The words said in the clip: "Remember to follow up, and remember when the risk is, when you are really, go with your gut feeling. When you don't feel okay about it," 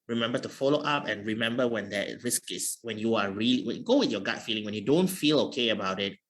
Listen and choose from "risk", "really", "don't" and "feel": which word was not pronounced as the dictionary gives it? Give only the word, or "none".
really